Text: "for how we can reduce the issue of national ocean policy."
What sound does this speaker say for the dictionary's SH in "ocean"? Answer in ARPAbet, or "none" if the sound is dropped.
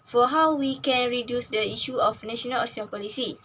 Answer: S